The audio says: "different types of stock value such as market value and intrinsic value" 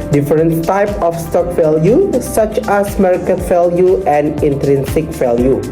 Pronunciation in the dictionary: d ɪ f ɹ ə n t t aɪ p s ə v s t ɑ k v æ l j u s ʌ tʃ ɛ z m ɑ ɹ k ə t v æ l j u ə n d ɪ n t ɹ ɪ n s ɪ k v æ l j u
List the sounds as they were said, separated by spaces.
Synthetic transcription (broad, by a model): d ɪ f ɹ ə n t t aɪ p ə f s t ɑ k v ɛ l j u s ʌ tʃ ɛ s m ɑ ɹ k ə t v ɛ l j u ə n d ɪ n t ɹ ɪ n s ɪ k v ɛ l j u